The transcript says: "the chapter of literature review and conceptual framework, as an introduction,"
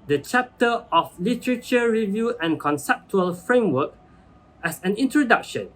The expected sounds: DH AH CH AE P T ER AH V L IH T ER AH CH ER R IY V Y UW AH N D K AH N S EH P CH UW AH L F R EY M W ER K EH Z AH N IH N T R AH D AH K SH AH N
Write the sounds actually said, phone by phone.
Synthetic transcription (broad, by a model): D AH CH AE P T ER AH F L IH T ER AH CH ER R IY V Y UW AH N K AH N S EH P CH UW AH L F R EY M W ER K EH S AH N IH N T R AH D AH K SH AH N